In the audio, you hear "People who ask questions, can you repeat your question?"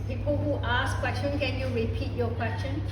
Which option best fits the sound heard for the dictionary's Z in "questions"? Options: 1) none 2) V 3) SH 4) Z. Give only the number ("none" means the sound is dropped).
1